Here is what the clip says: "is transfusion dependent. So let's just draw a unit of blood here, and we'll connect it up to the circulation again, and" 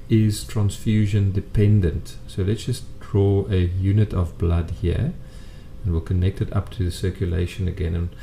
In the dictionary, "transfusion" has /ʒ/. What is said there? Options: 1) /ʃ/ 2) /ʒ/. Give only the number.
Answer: 2